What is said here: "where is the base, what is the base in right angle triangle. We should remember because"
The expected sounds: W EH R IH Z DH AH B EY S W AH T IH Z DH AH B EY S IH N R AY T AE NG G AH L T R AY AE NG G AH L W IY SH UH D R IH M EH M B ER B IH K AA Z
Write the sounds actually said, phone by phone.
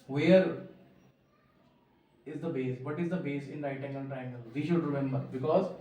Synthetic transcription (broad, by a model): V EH R IH Z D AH B EY S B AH T IH Z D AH B EY S IH N R AY T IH NG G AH N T R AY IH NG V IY SH UH D R IH M EH M B ER B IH K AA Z